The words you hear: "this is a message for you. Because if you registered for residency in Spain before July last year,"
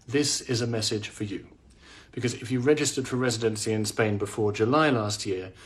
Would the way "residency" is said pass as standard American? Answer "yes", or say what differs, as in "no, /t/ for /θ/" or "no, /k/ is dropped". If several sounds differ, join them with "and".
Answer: yes